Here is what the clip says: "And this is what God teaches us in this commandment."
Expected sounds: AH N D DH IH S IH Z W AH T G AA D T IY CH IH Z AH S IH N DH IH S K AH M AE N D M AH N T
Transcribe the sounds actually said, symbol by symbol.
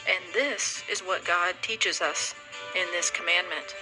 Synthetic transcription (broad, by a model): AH N DH IH S IH Z W AH T G AA D T IY CH IH Z AH S IH N DH IH S K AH M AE N M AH N T